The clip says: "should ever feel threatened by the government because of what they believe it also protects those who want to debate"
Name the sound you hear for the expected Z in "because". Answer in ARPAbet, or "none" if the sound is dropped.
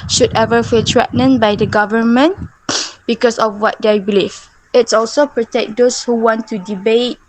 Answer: S